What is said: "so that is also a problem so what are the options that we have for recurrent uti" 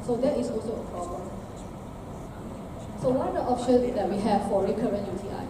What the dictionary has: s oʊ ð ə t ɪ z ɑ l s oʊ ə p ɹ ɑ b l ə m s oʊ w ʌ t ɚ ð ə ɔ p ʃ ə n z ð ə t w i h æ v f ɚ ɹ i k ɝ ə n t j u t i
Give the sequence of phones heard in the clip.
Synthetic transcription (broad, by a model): s oʊ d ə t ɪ s ɑ l s oʊ ə p ɹ ɑ b l ə m s oʊ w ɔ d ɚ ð ɔ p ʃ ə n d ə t w i h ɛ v f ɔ ɹ i k ɝ ə n t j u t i